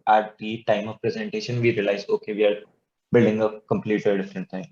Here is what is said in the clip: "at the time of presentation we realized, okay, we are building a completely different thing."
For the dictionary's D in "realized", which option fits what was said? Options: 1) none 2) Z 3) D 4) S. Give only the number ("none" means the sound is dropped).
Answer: 1